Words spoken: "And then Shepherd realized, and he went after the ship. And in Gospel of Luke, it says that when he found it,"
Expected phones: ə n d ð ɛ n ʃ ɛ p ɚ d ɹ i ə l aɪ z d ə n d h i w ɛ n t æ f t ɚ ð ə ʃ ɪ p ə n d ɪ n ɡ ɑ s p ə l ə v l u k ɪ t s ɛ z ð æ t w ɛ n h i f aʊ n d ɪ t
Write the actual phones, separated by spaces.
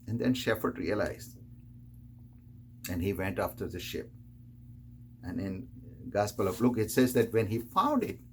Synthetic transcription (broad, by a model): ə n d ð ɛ n ʃ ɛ f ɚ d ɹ i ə l aɪ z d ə n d h i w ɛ n t æ f t ɚ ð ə ʃ ɪ p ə n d ɪ n ɡ ɑ s p ə l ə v l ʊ k ɪ t s ɛ z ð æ t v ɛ n h i f aʊ n d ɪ t